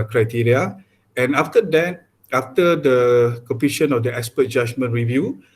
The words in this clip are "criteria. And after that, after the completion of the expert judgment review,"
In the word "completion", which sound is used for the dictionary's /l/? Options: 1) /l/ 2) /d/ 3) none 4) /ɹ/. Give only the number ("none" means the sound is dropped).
3